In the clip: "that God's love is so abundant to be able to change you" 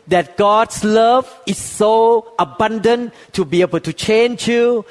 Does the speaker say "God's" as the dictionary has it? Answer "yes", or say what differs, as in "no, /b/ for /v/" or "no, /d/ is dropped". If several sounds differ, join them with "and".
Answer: no, /s/ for /z/